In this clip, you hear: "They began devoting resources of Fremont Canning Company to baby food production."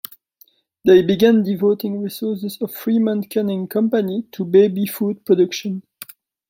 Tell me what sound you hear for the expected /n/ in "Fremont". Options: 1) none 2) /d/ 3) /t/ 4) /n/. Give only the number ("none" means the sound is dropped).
4